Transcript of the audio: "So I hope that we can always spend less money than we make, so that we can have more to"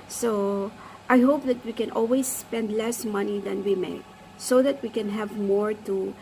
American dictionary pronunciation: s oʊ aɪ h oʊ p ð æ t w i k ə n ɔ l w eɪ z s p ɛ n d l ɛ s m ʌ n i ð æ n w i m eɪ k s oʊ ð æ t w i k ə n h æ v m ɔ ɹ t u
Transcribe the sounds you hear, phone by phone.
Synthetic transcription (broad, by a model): s oʊ aɪ h oʊ p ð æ t w i k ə n ɔ l w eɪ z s p ɛ n d l ɛ s m ʌ n i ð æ n w i m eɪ s oʊ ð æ t w i k ə n h æ v m ɔ ɹ t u